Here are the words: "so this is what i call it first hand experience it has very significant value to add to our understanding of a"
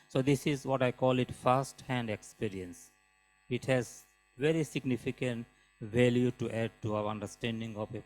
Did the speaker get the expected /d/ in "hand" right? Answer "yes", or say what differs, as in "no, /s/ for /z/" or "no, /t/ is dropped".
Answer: yes